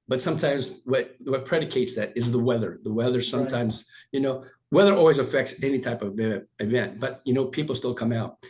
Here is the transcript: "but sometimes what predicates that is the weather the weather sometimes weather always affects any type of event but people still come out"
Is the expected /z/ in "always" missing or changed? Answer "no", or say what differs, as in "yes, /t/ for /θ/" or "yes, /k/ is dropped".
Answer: no